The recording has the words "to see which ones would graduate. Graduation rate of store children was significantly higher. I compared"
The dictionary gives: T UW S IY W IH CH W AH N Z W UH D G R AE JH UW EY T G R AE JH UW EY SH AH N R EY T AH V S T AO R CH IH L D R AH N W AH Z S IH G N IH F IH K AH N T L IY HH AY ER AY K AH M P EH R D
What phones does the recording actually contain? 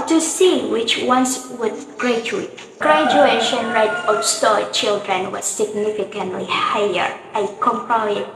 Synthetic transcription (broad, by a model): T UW S IY W IH CH W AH N S W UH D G R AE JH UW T G R AE JH UW EY SH AH N R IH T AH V S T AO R CH IH L D R AH N W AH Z S IH G N IH F IH K AH N T L IY HH AY ER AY K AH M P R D